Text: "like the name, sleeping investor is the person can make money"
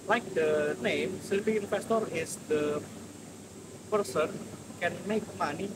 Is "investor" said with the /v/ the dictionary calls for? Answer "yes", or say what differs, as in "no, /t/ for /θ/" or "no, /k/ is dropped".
no, /f/ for /v/